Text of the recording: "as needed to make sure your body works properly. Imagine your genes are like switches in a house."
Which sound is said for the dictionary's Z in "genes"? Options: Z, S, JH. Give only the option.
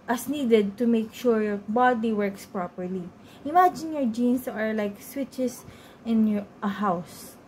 S